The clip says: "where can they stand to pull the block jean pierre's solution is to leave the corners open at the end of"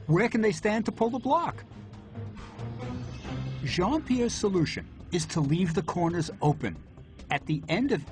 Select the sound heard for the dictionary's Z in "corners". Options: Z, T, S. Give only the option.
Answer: Z